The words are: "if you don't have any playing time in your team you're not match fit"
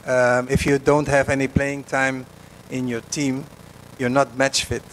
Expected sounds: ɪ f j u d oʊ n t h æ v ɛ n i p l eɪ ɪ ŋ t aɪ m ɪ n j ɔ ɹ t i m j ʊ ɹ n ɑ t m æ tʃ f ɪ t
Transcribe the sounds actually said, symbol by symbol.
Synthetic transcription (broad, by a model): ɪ f j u d oʊ n t h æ v ɛ n i p l eɪ ɪ ŋ t aɪ m ɪ n j ɔ ɹ t i m j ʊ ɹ n ɑ t m æ tʃ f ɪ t